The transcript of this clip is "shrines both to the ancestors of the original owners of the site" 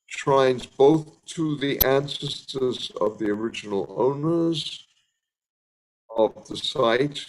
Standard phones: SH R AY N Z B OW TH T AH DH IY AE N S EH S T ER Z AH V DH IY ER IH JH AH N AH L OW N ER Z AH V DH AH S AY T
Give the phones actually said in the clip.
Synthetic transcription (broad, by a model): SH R AY N Z B OW TH T AH DH IY AE N S EH S T ER Z AH V DH IY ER IH JH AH N L OW N ER Z AH V DH AH S AY T